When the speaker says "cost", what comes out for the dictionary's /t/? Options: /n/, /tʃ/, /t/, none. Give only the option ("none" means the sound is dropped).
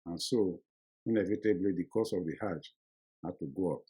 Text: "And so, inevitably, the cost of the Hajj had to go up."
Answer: none